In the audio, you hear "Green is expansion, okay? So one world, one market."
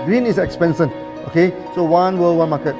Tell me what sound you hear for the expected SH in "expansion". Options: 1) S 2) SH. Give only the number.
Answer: 1